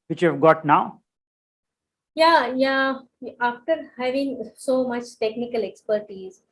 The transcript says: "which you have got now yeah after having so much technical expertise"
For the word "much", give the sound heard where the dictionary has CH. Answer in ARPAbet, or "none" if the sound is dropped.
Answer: CH